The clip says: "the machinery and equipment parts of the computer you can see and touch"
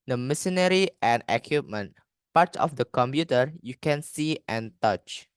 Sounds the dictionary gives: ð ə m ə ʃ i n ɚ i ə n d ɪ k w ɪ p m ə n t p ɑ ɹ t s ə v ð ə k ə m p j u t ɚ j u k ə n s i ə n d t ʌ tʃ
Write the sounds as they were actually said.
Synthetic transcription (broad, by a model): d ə m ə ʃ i n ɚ i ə n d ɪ k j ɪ p m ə n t p ɑ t ə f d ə k ə m p j u t ɚ j u k ə n s i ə n t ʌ tʃ